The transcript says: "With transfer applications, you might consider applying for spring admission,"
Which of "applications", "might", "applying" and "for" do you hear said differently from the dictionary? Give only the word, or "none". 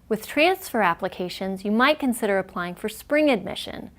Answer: none